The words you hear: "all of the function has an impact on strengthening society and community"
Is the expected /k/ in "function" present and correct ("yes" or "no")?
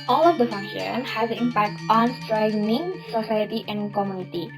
no